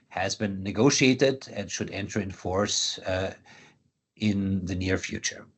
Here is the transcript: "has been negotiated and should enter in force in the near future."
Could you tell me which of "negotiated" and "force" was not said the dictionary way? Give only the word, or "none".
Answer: none